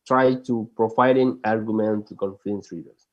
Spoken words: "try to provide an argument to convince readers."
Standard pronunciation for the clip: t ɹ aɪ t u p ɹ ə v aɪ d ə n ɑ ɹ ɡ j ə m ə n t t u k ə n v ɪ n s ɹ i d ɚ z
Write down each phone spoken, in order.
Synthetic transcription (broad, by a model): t ɹ aɪ t u p ɹ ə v aɪ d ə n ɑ ɹ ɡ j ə m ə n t t u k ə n f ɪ n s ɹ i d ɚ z